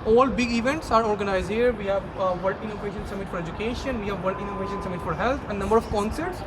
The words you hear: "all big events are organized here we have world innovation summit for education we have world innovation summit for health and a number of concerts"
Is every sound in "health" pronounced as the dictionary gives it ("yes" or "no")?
no